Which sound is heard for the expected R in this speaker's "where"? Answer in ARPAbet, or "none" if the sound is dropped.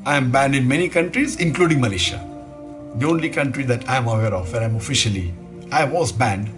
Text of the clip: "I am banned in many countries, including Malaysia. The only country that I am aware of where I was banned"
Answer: L